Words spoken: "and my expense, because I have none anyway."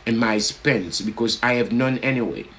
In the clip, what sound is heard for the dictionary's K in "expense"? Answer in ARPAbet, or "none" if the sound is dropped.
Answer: none